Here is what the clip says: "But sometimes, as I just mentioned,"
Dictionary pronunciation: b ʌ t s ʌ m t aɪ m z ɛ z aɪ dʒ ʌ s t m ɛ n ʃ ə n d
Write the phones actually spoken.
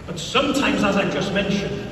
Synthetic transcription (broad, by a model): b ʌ t s ʌ m t aɪ m z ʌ z aɪ dʒ ʌ s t m ɛ n ʃ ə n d